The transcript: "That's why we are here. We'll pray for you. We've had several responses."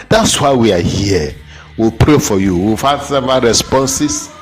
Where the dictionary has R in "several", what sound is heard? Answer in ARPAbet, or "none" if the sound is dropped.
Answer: none